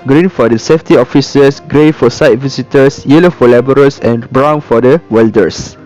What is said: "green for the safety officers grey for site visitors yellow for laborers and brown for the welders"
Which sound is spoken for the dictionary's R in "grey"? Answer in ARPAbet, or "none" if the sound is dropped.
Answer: R